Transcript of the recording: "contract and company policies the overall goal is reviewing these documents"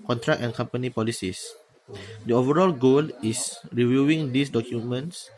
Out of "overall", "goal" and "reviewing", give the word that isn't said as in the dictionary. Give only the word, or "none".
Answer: none